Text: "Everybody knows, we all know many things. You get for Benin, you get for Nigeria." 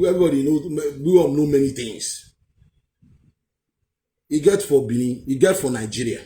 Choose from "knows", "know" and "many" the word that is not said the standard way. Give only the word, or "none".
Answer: knows